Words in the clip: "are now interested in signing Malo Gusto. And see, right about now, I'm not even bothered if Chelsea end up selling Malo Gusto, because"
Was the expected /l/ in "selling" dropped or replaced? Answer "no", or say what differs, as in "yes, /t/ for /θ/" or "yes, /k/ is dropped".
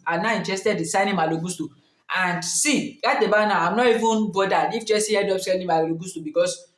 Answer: yes, /n/ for /l/